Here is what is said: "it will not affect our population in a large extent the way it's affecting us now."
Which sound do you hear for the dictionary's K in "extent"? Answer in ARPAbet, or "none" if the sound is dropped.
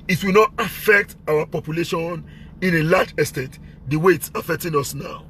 none